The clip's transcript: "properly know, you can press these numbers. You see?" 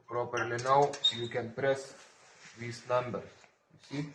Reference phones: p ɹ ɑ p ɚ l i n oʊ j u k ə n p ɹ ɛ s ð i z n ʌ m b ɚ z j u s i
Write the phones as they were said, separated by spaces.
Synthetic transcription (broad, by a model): p ɹ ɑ p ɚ l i n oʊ j u k ə n p ɹ ɛ s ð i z n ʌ m b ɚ s j u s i